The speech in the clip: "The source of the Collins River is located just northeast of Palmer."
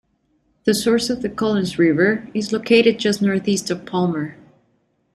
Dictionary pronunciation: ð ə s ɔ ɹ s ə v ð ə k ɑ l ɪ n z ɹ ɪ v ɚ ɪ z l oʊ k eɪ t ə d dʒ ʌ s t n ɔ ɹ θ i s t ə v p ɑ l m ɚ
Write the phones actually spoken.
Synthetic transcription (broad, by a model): ð ə s ɔ ɹ s ə v ð ə k ɑ l ɪ n z ɹ ɪ v ɚ ɪ z l oʊ k eɪ t ə d dʒ ʌ s t n ɔ ɹ θ i s t ə v p ɑ l m ɚ